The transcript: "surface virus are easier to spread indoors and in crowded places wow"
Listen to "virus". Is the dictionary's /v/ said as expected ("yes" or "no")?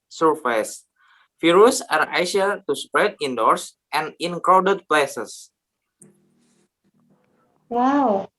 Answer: no